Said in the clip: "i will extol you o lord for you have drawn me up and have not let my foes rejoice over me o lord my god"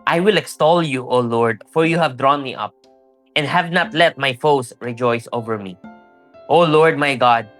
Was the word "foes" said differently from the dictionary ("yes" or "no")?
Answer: yes